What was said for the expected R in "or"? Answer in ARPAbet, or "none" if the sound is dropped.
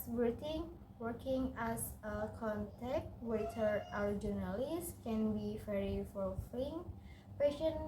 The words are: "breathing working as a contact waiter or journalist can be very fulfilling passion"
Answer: W